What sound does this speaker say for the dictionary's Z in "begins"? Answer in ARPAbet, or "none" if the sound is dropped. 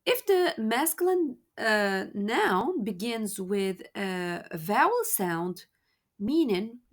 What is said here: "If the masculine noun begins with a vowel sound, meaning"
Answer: Z